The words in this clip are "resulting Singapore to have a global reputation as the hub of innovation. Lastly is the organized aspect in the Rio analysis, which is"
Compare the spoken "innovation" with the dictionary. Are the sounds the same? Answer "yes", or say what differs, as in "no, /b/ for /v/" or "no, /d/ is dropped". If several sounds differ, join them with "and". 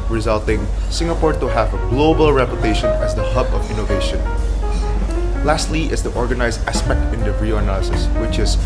yes